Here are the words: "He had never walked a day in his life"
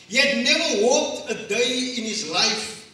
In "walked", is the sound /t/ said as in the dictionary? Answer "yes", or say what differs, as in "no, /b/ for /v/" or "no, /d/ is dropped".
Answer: yes